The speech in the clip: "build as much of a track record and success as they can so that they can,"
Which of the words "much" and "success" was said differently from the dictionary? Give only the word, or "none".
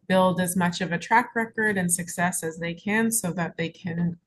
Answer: none